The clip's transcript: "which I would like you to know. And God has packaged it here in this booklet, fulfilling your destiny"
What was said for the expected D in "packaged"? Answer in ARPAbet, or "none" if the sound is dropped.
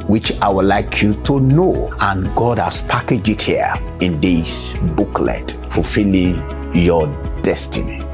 none